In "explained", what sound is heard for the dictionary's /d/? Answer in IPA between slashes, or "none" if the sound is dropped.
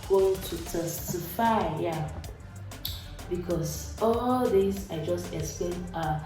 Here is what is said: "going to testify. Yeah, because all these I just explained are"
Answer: none